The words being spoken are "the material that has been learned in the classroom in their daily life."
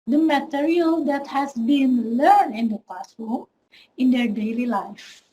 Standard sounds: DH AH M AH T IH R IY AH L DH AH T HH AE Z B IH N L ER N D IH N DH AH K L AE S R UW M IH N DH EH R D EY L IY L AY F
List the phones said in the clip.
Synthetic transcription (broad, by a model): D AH M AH T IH R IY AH L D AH T HH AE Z B IH N L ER N IH N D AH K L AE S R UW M IH N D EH R D EY L IY L AY F